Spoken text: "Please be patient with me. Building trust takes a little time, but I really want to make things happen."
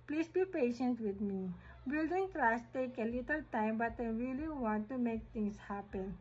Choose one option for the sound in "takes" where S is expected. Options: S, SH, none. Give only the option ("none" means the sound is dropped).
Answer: none